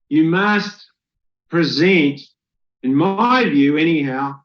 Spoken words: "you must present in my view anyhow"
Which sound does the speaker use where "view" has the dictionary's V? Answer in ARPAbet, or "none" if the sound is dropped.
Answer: V